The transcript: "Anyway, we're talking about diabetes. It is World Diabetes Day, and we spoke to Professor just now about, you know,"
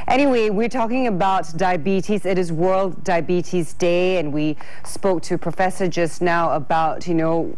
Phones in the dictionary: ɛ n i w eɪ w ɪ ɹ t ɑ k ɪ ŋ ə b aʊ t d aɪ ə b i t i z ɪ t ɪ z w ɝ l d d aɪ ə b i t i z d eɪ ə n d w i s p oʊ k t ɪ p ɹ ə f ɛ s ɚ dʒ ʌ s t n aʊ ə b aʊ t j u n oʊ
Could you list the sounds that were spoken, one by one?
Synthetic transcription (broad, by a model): ɛ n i w eɪ w ɪ ɹ t ɑ k ɪ ŋ ə b aʊ t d aɪ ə b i t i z ɪ t ɪ z w ɝ l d d aɪ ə b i t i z d eɪ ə n w i s p oʊ k t ɪ p ɹ ə f ɛ s ɚ dʒ ʌ s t n aʊ ə b aʊ t j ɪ n oʊ